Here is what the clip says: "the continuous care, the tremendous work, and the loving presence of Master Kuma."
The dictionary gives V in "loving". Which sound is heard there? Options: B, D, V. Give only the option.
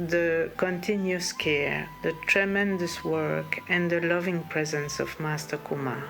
V